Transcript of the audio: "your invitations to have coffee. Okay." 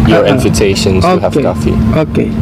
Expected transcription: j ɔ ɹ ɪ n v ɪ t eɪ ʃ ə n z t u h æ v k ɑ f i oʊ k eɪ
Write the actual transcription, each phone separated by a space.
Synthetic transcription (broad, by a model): j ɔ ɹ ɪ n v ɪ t eɪ ʃ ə n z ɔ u h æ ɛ k ɑ f i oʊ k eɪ